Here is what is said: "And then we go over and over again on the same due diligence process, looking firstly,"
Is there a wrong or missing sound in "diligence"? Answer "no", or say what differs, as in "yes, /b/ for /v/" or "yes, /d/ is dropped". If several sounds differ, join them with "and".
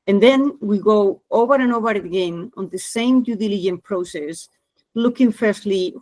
yes, /s/ is dropped